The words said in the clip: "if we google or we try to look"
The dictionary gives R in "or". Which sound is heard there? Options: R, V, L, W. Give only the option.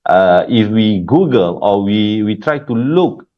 W